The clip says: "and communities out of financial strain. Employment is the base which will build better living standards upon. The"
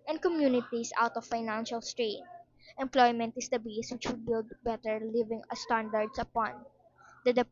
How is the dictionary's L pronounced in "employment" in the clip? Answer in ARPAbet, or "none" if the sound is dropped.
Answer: L